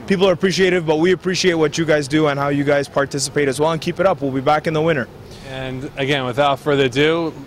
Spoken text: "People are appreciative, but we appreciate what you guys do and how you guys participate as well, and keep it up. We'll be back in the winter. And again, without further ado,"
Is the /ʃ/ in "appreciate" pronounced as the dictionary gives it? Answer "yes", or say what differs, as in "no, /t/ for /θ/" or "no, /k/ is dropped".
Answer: yes